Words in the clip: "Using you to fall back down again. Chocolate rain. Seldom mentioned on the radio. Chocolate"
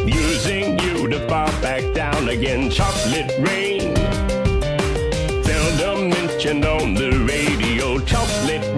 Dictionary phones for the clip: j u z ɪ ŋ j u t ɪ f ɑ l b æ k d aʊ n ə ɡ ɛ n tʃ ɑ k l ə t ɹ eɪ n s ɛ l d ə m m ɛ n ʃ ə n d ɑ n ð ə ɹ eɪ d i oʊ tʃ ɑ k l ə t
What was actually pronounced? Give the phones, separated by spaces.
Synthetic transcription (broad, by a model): j u z ɪ ŋ j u t ɪ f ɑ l b æ k d aʊ n ə ɡ ɛ n tʃ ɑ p l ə t ɹ eɪ n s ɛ l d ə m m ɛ n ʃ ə n ʌ n ð ə ɹ eɪ d i oʊ tʃ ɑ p l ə t